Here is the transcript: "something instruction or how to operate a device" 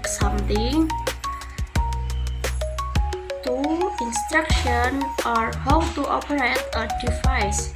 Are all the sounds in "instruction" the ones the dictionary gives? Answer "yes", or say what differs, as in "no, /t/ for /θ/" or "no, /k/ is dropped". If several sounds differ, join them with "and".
yes